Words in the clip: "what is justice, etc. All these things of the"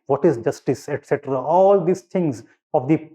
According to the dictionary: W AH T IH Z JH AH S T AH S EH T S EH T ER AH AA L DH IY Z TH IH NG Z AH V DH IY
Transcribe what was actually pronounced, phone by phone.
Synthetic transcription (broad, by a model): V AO T IH Z JH AH S T AH S EH T S EH T ER AH AA L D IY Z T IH NG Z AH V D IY